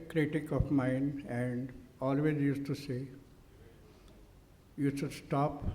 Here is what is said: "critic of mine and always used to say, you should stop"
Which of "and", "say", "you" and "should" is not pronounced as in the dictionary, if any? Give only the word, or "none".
should